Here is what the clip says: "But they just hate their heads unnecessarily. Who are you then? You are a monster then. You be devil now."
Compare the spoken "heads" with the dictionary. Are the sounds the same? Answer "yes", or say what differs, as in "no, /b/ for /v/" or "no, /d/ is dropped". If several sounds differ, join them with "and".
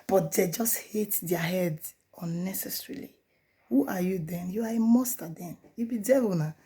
no, /z/ is dropped